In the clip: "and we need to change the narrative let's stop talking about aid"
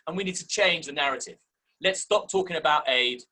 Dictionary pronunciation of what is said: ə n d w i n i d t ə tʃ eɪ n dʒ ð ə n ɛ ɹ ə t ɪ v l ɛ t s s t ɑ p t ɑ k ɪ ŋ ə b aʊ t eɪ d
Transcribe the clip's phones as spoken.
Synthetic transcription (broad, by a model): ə n w i n i d t ə tʃ eɪ n dʒ ð ə n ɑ ɹ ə t ɪ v l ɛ t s s t ɑ p t ɑ k ɪ ŋ ə b aʊ t eɪ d